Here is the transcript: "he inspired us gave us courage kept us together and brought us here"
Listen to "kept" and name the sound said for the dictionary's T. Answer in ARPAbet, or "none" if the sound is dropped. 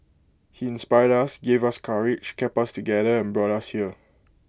none